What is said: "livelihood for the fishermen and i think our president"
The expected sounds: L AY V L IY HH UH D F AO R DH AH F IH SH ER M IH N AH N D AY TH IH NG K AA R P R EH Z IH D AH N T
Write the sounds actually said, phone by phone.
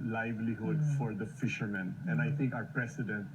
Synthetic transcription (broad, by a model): L AY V L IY HH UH D F AO R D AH F IH SH ER M IH N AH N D AY T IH NG K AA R P R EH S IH D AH N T